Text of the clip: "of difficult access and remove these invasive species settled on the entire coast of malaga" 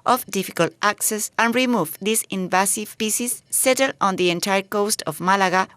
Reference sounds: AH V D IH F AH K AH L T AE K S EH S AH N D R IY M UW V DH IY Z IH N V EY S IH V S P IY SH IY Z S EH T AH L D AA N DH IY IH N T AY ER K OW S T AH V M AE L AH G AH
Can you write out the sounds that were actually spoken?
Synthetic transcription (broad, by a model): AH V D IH F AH K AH L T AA K S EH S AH N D R IY M UW V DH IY S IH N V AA S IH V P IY S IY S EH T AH L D AA N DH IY IH N T AY ER K OW S T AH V M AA L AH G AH